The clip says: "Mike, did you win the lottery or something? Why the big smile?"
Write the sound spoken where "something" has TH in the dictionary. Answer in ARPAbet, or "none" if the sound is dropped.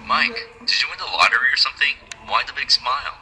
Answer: TH